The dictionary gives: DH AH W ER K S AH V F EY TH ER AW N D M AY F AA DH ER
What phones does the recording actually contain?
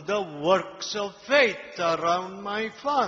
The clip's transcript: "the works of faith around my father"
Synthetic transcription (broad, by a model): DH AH W ER K S AH V F EY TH ER AW N D M AY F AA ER